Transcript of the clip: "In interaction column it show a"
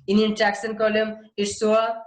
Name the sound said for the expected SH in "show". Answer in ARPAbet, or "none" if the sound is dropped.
S